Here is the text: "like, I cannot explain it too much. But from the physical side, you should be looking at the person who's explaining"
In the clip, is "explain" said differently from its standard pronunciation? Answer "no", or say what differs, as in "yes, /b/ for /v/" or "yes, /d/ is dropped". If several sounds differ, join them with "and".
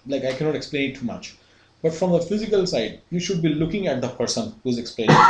no